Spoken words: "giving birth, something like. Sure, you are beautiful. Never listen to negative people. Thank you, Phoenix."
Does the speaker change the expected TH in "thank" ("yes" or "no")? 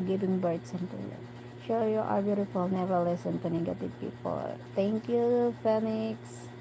yes